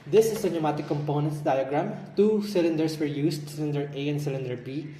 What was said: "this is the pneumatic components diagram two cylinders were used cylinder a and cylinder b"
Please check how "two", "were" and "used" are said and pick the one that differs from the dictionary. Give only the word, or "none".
used